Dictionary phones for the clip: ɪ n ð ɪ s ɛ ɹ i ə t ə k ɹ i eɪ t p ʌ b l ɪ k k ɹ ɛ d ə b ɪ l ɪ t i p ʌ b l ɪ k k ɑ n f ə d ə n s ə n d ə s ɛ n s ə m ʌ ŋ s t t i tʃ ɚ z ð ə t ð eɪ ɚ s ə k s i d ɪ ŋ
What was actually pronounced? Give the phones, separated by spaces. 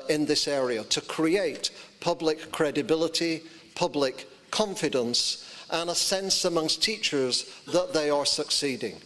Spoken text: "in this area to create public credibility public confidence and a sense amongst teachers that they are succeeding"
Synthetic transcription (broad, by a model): ɪ n ð ɪ s ɛ ɹ i ə t ə k ɹ i eɪ t p ʌ b l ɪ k k ɹ ɛ d ə b ɪ l ɪ t i p ʌ b l ɪ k k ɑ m f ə d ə n s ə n ə s ɛ n s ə m ʌ ŋ s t t i tʃ ɚ z ð ə t ð eɪ ɚ s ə k s i d ɪ ŋ